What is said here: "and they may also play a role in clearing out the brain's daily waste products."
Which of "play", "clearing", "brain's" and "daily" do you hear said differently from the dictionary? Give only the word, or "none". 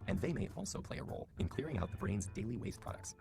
none